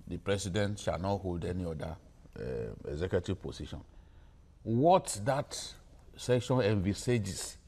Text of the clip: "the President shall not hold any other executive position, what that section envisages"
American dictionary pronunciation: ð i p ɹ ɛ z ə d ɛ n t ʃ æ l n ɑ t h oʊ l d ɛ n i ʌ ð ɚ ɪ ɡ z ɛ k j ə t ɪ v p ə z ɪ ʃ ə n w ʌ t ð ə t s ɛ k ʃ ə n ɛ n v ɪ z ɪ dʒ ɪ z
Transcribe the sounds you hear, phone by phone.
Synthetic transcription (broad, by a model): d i p ɹ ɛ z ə d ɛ n t ʃ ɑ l n ɑ t h oʊ l d ɛ n i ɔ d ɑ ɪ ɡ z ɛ k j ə t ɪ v p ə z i ʃ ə n w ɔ t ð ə t s ɛ k ʃ ə n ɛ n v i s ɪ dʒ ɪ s